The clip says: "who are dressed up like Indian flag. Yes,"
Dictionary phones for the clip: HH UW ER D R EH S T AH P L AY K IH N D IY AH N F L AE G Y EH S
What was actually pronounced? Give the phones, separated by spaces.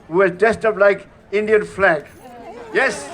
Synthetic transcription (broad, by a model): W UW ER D EH S T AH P L AY K IH N D IY AH N F L AE G Y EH S